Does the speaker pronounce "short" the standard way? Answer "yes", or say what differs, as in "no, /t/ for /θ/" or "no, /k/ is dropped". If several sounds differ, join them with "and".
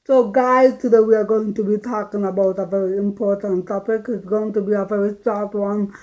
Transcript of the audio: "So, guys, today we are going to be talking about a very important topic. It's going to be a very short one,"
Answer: no, /s/ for /ʃ/